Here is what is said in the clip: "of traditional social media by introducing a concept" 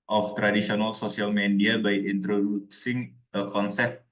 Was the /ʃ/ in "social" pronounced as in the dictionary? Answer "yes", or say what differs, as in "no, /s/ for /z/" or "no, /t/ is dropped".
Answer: no, /s/ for /ʃ/